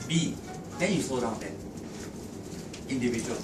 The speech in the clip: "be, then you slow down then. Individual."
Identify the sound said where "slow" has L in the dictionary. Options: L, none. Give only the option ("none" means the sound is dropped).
none